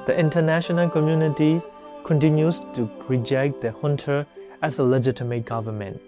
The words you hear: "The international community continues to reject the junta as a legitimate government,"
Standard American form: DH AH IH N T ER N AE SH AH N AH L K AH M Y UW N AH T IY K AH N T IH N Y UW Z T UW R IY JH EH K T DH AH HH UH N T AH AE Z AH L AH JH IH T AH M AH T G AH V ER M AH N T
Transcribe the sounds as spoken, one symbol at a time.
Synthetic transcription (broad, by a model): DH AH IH N T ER N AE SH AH N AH L K AH M Y UW N AH T IY K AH N T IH N Y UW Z T UW R IY JH EH K T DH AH HH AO N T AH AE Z AH L AH JH IH T AH M AH T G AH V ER M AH N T